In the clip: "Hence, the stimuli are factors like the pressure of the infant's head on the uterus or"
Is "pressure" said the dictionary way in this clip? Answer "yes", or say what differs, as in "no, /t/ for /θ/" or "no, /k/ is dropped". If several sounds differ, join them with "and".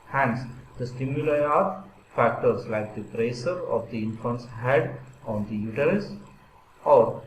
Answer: no, /s/ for /ʃ/